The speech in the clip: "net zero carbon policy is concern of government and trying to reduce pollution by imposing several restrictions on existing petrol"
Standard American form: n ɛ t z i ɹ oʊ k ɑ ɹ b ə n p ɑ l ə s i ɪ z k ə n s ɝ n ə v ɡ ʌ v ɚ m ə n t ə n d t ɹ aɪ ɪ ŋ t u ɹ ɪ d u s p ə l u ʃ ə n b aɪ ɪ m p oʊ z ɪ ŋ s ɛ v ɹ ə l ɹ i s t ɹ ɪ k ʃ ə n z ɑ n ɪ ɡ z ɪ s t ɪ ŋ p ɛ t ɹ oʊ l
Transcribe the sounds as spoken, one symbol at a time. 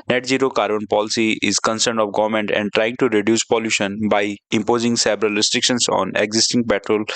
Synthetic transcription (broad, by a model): n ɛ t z i ɹ oʊ k ɑ ɹ b ə n p ɑ l ə s i ɪ z k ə n s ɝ n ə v ɡ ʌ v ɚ m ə n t ə n d t ɹ aɪ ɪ ŋ t u ɹ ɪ d u s p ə l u ʃ ə n b aɪ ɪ m p oʊ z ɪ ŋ s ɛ b ɹ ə l ɹ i s t ɹ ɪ k ʃ ə n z ɑ n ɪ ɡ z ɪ s t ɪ ŋ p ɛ t ɹ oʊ l